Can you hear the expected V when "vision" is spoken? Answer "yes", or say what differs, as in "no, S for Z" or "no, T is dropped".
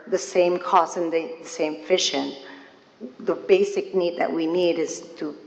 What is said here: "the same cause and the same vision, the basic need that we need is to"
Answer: no, F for V